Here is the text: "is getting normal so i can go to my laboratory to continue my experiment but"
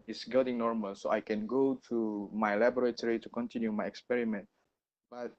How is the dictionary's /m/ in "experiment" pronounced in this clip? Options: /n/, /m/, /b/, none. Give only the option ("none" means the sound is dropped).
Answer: /m/